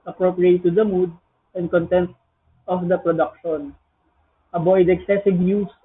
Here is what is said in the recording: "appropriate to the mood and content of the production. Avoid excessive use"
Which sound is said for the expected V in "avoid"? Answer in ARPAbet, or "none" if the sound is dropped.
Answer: B